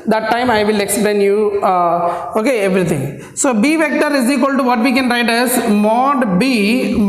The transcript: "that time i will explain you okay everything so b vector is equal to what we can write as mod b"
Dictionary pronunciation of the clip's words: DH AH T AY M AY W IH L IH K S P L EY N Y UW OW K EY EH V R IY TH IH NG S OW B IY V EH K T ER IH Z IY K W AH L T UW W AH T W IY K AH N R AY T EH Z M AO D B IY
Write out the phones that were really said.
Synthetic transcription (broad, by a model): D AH T AY M AY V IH L IH K S P L EY N Y UW OW K EY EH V R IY T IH NG S OW B IY V EH K T ER IH Z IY K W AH L T UW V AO T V IY K AH N R AY T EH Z M AO D B IY